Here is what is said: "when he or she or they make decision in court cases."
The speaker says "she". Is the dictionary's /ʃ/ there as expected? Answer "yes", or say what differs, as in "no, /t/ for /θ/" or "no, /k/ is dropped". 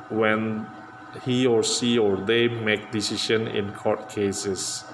no, /s/ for /ʃ/